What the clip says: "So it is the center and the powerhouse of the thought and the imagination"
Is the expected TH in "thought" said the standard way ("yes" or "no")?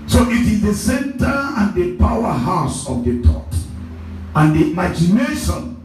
no